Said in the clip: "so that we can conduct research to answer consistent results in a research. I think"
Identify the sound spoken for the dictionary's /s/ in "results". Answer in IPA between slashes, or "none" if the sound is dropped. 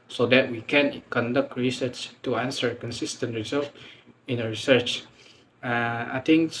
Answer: none